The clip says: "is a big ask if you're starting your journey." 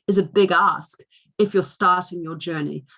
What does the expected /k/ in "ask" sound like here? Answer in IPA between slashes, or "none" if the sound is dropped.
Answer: /k/